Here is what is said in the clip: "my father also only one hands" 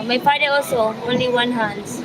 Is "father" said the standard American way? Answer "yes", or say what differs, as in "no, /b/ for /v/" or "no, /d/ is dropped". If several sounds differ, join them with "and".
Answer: no, /p/ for /f/